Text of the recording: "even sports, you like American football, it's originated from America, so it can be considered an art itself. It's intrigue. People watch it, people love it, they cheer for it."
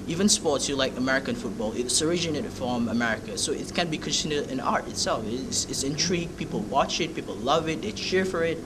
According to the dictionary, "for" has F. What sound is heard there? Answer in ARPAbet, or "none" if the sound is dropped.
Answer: F